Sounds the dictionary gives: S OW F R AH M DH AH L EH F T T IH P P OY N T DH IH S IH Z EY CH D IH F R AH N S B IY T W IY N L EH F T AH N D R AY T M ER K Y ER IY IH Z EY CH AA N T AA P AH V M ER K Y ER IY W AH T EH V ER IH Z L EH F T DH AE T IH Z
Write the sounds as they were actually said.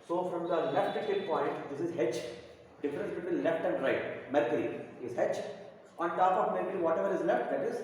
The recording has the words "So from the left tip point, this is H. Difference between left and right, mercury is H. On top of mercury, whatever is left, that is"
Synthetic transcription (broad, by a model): S OW F R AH M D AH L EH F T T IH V P OY N T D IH S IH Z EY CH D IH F R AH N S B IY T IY L L EH F T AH N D R AY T M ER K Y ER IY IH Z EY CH AA N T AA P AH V M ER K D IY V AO T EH V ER IH Z L EH F T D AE T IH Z